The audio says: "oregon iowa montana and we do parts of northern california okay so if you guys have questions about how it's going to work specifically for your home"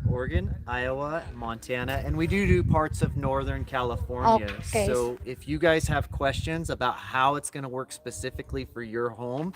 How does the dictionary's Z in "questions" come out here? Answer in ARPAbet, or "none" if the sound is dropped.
Z